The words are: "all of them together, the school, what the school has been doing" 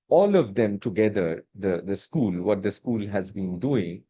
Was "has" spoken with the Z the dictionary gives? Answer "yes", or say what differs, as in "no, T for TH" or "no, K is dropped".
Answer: yes